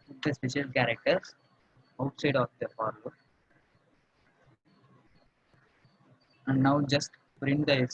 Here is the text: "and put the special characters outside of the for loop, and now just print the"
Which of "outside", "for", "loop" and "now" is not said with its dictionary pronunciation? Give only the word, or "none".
loop